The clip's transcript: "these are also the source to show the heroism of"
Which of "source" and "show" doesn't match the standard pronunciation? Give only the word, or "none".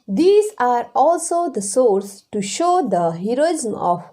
none